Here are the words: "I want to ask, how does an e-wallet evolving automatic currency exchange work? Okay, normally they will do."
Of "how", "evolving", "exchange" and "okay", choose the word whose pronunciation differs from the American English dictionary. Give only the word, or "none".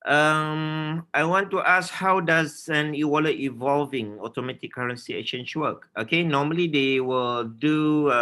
exchange